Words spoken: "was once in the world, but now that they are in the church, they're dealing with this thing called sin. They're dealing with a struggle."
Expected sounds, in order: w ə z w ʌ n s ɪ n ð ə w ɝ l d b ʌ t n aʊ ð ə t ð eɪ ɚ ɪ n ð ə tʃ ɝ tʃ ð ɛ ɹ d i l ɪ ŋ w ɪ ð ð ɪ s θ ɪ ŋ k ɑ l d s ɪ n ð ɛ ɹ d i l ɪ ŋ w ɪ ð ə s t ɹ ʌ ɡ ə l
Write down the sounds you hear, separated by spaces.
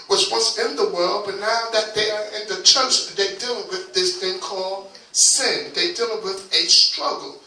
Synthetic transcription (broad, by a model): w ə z w ʌ n s ɪ n ð ə w ɝ l d b ʌ t n aʊ ð ə t ð eɪ ɚ ɪ n ð ə tʃ ɝ tʃ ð ɛ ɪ d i l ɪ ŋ w ɪ ð ð ɪ s θ ɪ ŋ k ɑ l d s ɪ n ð ɛ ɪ d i l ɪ w ɪ ð ə s t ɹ ʌ ɡ l